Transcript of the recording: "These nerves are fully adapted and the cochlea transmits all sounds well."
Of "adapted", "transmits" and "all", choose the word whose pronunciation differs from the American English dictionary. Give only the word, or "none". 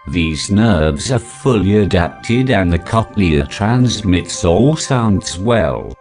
none